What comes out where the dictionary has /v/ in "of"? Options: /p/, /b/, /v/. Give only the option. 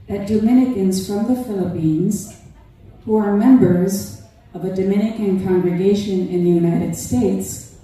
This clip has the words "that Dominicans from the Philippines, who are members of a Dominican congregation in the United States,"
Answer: /v/